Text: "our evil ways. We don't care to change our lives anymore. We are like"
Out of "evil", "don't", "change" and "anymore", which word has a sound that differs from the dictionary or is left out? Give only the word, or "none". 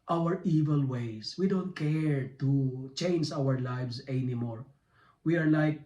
none